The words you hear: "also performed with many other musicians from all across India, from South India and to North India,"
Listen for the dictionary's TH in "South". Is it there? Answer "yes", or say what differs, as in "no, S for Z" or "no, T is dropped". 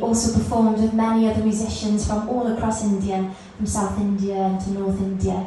yes